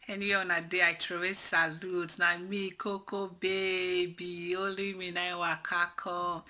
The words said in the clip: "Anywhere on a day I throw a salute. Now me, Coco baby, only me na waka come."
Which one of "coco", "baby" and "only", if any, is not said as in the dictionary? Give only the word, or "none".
only